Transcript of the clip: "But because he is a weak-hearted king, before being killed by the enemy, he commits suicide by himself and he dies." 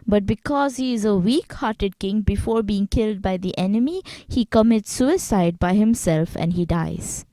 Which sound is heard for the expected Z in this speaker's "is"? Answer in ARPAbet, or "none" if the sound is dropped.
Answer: Z